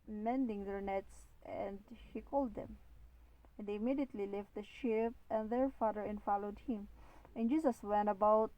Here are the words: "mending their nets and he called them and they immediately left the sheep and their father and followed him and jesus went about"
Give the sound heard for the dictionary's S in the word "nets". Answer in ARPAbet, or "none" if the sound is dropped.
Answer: S